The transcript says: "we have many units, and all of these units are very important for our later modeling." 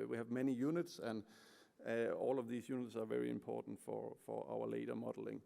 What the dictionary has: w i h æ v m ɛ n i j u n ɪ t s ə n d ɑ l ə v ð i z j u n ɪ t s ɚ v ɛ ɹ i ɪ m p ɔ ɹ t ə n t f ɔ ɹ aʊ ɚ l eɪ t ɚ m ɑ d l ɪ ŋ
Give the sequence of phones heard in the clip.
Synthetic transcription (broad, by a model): w i h æ v m ɛ n i j u n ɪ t s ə n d ɑ l ə v ð i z j u n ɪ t s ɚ v ɛ ɹ i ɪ m p ɔ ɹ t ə n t f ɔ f aʊ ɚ l eɪ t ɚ m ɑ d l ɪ ŋ